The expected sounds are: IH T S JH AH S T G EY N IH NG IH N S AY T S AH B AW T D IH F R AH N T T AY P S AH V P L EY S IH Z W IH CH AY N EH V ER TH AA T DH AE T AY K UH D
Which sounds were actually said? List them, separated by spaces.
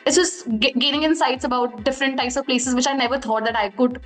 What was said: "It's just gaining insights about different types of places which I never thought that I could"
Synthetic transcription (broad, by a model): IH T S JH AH S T G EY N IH NG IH N S AY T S AH B AW T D IH F R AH N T T AY P S AH V P L EY S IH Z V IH CH AY N EH V ER T AA T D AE T AY K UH D